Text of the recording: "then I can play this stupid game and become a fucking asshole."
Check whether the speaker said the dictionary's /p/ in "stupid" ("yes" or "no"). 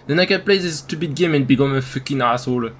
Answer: no